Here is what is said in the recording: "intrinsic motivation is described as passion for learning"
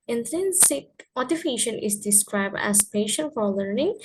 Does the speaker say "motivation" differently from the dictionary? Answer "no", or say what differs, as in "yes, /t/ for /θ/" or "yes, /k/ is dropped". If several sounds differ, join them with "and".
yes, /f/ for /v/